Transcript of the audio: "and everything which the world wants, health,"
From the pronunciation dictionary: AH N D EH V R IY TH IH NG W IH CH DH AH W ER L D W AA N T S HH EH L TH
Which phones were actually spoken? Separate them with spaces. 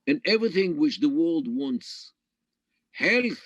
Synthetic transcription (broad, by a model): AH N EH V R IY TH IH NG W IH CH DH AH W ER L D W AA N T S HH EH L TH